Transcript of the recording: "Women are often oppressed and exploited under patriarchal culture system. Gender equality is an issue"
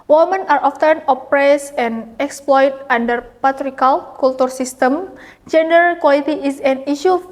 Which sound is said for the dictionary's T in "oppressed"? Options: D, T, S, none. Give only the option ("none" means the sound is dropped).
none